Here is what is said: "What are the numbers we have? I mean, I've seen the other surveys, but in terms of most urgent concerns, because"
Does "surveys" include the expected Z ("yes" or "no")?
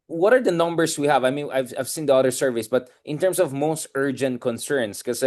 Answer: no